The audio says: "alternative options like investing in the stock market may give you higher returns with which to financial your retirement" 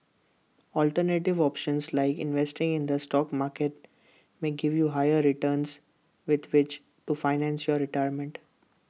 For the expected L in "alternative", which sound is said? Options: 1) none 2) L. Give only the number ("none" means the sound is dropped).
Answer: 2